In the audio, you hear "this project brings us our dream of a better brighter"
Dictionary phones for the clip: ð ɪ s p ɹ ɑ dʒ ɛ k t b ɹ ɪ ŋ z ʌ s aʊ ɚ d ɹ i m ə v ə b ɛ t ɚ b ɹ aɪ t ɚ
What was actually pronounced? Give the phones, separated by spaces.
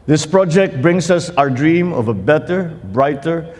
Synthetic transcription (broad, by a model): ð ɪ s p ɹ ɑ dʒ ɛ k t b ɹ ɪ ŋ s ʌ s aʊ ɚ d ɹ i m ə v ə b ɛ t ɚ b ɹ aɪ t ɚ